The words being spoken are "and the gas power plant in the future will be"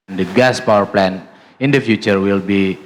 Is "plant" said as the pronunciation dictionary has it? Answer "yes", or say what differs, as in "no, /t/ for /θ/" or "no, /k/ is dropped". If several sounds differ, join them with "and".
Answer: no, /t/ is dropped